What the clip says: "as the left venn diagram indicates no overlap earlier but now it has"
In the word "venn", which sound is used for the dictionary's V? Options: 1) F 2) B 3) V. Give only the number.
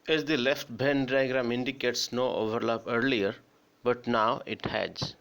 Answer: 2